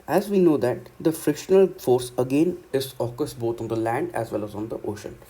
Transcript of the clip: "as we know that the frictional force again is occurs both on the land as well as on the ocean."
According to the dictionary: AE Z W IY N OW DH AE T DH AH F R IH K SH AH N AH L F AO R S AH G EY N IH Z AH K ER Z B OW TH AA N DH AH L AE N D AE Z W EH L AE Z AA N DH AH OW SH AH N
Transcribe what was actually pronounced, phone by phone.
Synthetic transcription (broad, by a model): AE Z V IY N OW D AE T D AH F R IH K SH AH N AH L F AO R S AH G EY N IH Z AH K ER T B OW T AA N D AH L AE N D AE Z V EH L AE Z AA N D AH OW SH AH N